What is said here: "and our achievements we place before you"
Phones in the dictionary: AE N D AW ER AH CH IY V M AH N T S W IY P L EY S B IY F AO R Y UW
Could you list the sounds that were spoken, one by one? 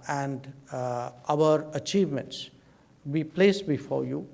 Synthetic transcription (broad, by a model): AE N D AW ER AH CH IY V M AH N T S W IY P L EY S B IY F AO R Y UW